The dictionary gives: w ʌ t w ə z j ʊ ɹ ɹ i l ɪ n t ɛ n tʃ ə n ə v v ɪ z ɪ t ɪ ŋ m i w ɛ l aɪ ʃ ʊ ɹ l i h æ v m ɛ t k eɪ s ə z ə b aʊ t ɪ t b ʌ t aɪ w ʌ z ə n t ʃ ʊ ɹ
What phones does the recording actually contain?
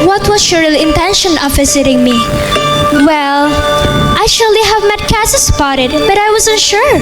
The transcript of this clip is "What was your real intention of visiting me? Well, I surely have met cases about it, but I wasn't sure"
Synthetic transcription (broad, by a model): w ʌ t w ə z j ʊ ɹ ɹ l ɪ n t ɛ n ʃ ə n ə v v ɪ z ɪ t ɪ ŋ m i w ɛ l aɪ ʃ ʊ ɹ l i h æ v m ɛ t k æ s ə s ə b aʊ t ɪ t b ʌ t aɪ w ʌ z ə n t ʃ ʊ ɹ